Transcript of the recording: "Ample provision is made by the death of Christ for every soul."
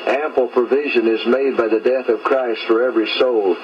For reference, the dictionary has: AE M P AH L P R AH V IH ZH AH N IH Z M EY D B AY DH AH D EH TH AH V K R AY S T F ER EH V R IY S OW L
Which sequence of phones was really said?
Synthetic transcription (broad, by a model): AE M P L P R AH V IH ZH AH N IH Z M EY D B AY DH AH D EH TH AH V K R AY S T F ER EH V R IY S OW L